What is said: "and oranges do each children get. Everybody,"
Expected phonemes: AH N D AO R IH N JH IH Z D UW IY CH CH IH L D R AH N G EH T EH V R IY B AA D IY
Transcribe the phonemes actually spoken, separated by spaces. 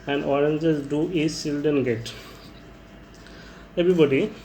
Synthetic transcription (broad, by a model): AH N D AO R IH N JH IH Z D UW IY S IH L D AH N G EH T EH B R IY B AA D IY